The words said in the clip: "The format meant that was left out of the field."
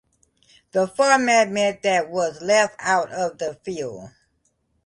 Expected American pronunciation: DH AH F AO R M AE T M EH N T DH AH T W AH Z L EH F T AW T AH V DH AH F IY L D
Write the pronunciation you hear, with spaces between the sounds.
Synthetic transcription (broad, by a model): DH AH F AO R M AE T M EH T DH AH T W AH Z L EH F T AW T AH V DH AH F IY L D